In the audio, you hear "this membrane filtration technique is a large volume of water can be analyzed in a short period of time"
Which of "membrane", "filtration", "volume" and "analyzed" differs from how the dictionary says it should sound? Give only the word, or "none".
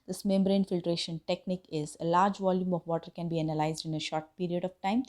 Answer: none